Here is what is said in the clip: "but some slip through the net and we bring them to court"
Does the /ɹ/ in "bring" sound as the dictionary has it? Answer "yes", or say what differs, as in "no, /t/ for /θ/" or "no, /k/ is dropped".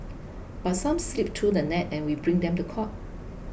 yes